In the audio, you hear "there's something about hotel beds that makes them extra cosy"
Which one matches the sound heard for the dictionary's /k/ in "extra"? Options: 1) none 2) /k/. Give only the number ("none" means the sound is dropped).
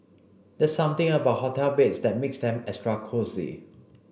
1